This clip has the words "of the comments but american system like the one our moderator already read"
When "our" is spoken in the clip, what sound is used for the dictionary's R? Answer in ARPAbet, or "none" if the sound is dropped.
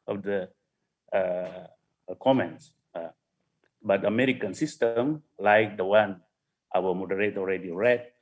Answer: L